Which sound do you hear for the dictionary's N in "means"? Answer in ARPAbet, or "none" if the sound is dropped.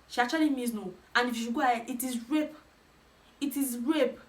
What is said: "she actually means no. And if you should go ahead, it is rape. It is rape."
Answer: none